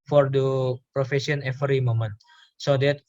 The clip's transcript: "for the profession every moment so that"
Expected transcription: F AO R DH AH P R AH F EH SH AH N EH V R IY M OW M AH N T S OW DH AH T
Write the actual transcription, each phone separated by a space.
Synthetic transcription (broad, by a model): F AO R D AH P R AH F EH S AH N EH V R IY M OW M AH N T S OW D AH T